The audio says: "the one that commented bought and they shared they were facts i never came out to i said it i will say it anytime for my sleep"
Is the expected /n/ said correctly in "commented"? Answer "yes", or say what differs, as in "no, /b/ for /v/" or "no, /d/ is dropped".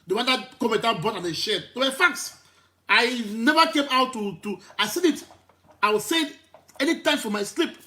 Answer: no, /n/ is dropped